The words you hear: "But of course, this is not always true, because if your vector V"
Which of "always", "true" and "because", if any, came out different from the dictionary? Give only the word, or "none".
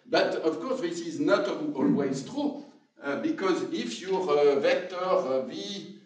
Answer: none